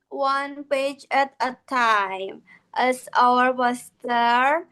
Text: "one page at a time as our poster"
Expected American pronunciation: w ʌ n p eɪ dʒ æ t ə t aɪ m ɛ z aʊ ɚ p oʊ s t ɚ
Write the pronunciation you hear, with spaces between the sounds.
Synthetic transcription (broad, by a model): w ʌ n p eɪ dʒ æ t ə t aɪ m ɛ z aʊ ɚ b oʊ s t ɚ